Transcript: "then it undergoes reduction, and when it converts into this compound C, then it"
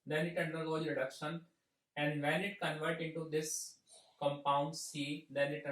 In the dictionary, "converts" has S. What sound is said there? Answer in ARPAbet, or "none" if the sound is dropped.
none